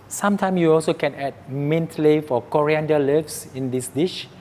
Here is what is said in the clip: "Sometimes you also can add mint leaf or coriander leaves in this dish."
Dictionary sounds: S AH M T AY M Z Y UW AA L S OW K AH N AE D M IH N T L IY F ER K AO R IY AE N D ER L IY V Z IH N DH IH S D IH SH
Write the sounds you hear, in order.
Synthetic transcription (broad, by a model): S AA M T AY M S Y UW AA L S OW K AH N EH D M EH N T L IY F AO K AO R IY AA N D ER L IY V S IH N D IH S D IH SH